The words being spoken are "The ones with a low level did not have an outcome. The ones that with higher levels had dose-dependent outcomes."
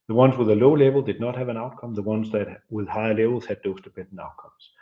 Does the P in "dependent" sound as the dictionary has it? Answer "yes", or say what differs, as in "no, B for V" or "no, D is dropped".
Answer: no, B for P